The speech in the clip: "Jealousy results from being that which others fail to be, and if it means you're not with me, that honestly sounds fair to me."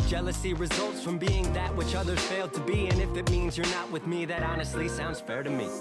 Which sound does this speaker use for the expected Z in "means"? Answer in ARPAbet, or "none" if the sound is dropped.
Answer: Z